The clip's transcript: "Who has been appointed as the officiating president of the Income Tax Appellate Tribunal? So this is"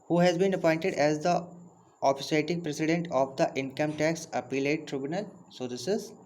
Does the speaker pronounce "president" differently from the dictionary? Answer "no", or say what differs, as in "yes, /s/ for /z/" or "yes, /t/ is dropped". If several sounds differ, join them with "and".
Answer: yes, /s/ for /z/